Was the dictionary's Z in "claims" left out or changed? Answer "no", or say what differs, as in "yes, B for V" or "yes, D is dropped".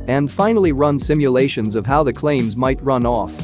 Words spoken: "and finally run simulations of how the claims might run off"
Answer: no